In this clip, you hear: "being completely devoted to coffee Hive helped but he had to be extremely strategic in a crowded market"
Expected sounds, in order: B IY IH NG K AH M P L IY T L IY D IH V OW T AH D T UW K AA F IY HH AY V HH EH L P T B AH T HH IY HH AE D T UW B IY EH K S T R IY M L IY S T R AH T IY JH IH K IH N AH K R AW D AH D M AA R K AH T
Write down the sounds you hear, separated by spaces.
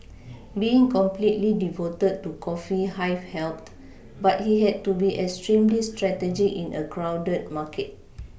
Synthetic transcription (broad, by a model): B IY IH NG K AH M P L IY T L IY D IH V OW T AH D T UW K AA F IY HH AY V HH EH L T B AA T HH IY HH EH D T UW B IY EH K S T R IY M L IY S T R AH T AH JH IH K IH N AH K R AW D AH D M AA K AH T